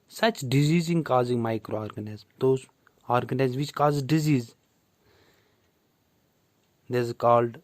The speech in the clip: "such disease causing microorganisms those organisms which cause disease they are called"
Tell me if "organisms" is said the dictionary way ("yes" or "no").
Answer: no